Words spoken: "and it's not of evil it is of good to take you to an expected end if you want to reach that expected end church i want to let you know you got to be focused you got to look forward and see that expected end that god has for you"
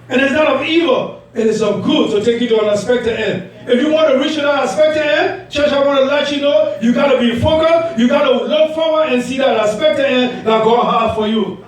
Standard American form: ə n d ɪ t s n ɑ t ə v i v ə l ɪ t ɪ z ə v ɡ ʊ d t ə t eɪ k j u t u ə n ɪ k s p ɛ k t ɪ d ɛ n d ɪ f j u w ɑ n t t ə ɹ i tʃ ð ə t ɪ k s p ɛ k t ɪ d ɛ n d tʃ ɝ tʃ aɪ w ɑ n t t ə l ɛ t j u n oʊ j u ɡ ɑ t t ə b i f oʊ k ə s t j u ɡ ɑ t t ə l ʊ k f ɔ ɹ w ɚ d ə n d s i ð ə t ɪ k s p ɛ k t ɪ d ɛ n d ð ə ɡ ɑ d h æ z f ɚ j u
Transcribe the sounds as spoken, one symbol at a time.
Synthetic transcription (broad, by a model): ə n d ɪ t s n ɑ t ə v i v ə l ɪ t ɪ s ə v ɡ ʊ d t ə t eɪ k j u t u ə n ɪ s p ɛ k t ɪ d ɛ n d ɪ f j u w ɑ n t t ə ɹ i tʃ ð ə t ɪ s p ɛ k t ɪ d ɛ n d tʃ ɝ tʃ aɪ w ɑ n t t ə l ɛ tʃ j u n oʊ j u ɡ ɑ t t ə b i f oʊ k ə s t j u ɡ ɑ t t ə l ʊ k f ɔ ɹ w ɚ ə n s i ð ə t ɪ s p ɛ k t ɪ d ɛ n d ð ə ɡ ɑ h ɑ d f ɚ j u